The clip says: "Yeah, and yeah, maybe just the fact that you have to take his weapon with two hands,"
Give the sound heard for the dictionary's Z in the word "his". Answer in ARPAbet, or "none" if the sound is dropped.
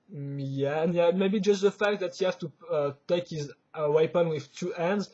Z